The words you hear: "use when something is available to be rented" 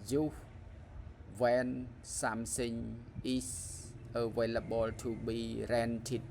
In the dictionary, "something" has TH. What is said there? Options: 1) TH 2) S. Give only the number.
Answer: 2